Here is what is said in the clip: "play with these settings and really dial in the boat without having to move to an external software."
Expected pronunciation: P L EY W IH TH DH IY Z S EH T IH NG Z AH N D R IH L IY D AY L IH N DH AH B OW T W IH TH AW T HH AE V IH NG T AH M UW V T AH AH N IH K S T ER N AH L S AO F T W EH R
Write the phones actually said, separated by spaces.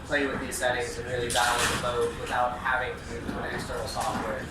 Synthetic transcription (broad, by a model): P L EY W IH DH IY Z S EH T IH NG Z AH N R IH L IY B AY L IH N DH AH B OW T W IH TH AW T HH AE V IH NG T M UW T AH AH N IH S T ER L S AO F T W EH R